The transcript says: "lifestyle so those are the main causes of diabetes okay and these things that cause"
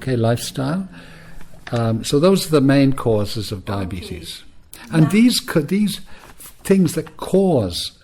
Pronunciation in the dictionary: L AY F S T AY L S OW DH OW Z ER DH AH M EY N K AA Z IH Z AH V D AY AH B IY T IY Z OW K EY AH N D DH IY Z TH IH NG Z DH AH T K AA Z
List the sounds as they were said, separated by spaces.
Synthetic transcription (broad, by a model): L AY F S T AY L S OW DH OW Z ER DH AH M EY N K AA Z IH Z AH V D AY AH B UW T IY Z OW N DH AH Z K DH IY Z TH IH NG Z DH AH T K AA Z